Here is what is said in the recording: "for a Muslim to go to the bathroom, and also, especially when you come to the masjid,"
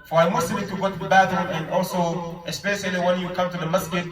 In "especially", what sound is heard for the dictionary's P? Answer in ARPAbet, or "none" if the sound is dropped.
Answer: P